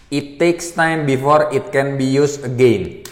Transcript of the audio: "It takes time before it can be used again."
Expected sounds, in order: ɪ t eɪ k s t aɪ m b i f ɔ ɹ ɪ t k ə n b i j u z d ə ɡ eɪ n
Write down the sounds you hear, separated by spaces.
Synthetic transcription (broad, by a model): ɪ t eɪ k s t aɪ m b i f ɔ ɹ ɪ t k ə n b i j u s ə ɡ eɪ n